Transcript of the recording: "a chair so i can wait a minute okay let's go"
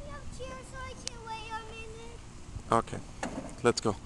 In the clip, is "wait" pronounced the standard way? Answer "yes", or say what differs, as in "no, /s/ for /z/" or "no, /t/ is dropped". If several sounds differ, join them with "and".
no, /t/ is dropped